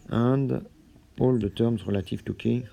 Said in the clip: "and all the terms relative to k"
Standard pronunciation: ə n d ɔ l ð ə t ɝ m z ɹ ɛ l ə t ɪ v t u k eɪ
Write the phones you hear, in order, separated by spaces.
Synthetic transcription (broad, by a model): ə d ɔ l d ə t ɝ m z ɹ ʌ l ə t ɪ f t u k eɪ